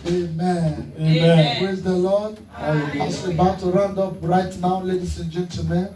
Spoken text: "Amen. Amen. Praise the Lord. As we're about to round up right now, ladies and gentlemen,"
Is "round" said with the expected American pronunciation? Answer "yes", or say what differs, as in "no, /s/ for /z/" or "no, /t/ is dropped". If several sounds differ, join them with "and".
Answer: yes